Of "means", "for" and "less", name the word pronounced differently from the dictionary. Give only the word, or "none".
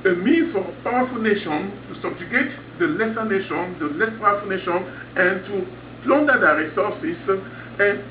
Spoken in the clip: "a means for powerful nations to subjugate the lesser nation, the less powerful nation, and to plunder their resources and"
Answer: means